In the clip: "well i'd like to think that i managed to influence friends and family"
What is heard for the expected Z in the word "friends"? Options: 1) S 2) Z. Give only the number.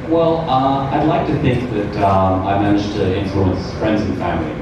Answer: 2